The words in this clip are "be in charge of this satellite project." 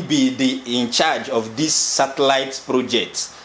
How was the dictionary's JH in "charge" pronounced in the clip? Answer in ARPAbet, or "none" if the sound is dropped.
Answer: JH